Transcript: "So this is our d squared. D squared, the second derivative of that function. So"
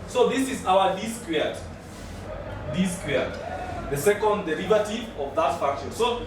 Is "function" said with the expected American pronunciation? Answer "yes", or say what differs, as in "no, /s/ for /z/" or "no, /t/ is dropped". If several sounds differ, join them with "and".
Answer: no, /ŋ/ is dropped